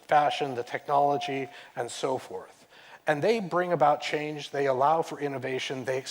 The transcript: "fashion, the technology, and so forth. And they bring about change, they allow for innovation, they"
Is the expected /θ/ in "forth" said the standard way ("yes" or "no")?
yes